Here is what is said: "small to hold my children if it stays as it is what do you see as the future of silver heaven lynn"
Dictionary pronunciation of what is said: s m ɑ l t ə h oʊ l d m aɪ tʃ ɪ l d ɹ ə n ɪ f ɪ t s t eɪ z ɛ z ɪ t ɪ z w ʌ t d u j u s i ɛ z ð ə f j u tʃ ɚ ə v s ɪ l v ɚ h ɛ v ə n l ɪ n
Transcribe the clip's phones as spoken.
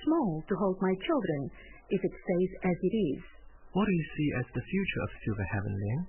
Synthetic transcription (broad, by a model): s m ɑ l t ə h oʊ l d m aɪ tʃ ɪ l d ɹ ə n ɪ f ɪ t s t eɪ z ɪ z ɪ t ɪ z w ʌ t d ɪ j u s i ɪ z ð ə f j u tʃ ɚ ə v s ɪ v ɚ h ɛ v ə n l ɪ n